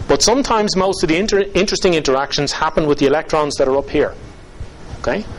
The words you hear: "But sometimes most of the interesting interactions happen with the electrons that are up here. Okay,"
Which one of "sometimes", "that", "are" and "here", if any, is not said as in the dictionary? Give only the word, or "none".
none